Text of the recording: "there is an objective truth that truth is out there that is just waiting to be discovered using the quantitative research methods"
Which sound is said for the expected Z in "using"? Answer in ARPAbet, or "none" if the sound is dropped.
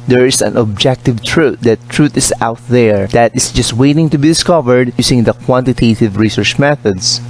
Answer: S